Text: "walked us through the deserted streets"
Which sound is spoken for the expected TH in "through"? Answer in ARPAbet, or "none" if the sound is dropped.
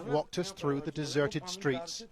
TH